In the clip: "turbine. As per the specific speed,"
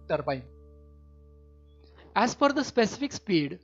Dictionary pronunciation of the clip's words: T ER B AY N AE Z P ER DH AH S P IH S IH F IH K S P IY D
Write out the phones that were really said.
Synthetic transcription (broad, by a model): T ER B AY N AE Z F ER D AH S P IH S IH F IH K S P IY D